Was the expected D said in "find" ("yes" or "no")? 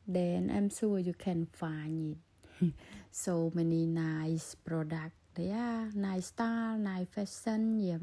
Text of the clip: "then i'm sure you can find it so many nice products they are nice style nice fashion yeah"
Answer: no